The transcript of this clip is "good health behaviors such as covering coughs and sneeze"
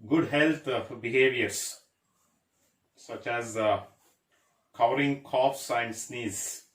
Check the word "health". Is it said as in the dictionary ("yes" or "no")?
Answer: no